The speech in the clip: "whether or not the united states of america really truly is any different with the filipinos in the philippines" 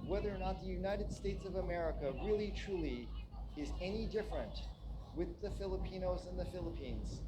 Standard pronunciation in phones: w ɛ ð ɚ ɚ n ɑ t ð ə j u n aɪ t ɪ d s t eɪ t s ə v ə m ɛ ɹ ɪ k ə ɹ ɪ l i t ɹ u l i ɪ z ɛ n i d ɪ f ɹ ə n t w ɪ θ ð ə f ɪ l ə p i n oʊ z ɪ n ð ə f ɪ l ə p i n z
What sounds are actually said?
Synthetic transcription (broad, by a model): w ɛ ð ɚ ɚ n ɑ t ð ə j u n aɪ t ɪ d s t eɪ t s ə v ə m ɛ ɹ ɪ k ə ɹ ɪ l i t ɹ u l i ɪ z ɛ n i d ɪ f ɹ ə n t w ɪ ð ə f ɪ l ə p i n oʊ z ɪ n ð ə f ɪ l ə p i n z